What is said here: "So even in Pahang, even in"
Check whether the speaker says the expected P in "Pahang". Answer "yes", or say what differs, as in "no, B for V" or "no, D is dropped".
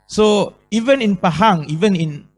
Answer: yes